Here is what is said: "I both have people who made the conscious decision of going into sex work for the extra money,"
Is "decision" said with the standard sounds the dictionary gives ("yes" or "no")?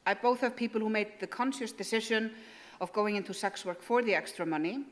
no